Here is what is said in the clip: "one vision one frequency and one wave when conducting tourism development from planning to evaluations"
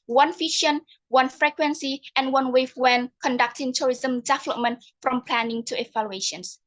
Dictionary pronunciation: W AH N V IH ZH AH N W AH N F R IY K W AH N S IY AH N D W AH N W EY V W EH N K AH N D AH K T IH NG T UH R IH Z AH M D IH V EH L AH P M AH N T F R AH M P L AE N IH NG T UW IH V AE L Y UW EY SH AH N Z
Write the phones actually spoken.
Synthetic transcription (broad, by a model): W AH N F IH SH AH N W AH N F R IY K W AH N S IY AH N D W AH N W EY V W EH N K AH N D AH K T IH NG T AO R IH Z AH M D IH V EH L AH P M AH N T F R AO M P L AE N IH NG T UW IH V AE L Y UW EY SH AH N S